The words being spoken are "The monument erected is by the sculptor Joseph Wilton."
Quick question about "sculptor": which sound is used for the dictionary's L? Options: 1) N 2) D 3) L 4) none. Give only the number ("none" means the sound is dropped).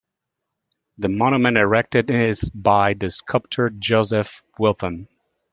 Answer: 4